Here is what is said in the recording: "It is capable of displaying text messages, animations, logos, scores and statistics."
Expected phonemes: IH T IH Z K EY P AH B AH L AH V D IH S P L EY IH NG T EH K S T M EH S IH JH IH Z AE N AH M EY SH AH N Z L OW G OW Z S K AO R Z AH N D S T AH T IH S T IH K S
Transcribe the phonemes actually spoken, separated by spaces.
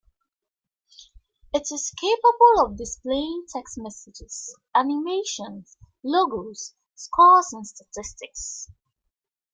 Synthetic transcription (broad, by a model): IH T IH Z K EY P AH B AH L AH V D IH S P L EY IH NG T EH K S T M EH S IH JH IH Z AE N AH M EY SH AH N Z L OW G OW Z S K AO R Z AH N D S T AH T IH S T IH K S